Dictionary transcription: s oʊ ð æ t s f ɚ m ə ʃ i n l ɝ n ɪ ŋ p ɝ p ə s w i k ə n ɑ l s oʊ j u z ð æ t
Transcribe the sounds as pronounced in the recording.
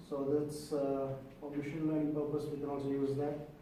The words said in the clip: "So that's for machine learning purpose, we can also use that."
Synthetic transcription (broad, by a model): s oʊ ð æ t s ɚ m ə ʃ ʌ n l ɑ ɪ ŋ p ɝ p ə s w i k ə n ɑ l s oʊ j u z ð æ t